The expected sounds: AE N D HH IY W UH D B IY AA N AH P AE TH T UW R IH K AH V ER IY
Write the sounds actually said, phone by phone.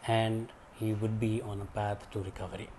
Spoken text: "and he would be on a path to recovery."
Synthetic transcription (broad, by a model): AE N D HH IY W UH D B IY AA N AH P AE T T UW R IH K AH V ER IY